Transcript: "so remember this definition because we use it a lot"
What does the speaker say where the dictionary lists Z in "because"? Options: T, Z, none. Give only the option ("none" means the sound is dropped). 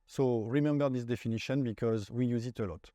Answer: Z